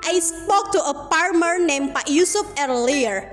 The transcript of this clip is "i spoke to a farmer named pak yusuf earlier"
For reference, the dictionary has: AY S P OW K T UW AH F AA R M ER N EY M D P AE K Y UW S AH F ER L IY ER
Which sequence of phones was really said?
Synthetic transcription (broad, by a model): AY S P OW K T UW AH P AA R M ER N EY M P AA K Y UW S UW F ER L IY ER